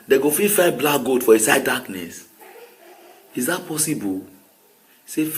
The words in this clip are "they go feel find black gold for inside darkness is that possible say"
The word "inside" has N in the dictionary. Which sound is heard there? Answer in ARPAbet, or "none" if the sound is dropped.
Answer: none